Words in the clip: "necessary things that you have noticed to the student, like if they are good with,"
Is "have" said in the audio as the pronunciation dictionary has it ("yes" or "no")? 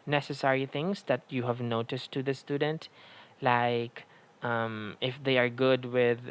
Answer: yes